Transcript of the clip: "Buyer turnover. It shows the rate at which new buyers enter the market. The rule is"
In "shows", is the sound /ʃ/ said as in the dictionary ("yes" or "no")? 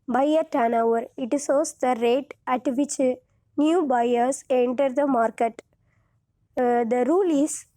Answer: no